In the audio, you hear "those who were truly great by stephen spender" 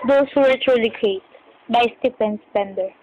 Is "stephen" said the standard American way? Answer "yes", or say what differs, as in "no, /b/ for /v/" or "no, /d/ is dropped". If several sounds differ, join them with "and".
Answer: no, /f/ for /v/